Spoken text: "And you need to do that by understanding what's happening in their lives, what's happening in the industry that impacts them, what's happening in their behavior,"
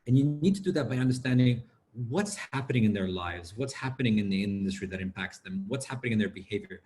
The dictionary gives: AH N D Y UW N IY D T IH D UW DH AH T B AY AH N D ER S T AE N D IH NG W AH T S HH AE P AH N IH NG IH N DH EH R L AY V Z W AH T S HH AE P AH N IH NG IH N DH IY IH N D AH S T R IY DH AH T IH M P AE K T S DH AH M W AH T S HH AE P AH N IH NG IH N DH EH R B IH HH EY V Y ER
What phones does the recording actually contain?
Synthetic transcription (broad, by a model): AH N Y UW N IY D T IH D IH DH AH T B AY AH N D ER S T AE N D IH NG W AH T S HH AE P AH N IH NG IH N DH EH R L AY V Z W AH T S HH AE P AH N IH NG IH N DH IY IH N D AH S T R IY DH AH T IH M P AE K T S DH AH M W AH T S HH AE P AH N IH NG IH N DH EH R B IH HH EY V Y ER